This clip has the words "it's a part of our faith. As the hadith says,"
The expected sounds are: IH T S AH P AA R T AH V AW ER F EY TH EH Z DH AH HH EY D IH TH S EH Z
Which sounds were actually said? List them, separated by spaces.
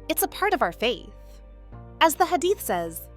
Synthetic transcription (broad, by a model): IH T S AH P AA R T AH V AW ER F EY TH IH Z DH AH HH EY D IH TH S EH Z